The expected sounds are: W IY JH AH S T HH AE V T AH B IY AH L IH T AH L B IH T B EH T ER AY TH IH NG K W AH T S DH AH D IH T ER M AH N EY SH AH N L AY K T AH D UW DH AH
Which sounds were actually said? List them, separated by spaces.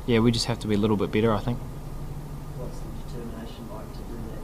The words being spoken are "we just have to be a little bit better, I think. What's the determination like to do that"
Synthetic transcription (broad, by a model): W IY JH AH S T HH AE F T AH B IY AH L IH T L B IH T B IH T ER AY TH IH NG K W AH T S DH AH D IH T ER M AH N EY SH AH N L AY K T AH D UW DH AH